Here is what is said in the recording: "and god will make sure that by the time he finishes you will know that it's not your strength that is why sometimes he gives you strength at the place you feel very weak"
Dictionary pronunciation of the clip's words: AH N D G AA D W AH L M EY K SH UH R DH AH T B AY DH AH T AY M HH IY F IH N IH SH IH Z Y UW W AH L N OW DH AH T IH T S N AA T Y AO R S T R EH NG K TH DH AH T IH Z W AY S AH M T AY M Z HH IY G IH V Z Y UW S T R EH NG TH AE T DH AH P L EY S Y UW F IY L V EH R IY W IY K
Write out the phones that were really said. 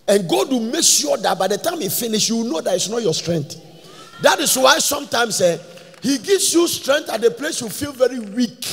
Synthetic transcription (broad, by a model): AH N G AA D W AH M EY K S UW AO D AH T B AY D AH T AY M HH IY F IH N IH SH Y UW W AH N OW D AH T IH T S N AA T Y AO S T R EH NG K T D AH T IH S W AY S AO M T AY M S HH IY G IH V S Y UW S T R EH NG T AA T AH P L EY S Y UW F IY L V EH R IY W IY K